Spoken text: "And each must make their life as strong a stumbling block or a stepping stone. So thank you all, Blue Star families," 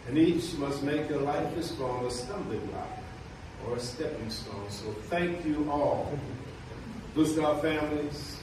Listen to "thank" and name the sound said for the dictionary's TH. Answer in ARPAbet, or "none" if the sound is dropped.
TH